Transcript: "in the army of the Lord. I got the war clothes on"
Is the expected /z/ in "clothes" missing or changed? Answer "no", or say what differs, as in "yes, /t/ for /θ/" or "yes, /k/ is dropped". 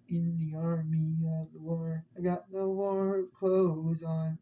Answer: no